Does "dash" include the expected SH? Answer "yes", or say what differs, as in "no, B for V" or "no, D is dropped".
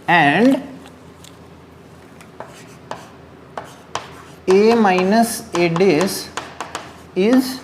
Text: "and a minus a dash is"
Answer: no, S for SH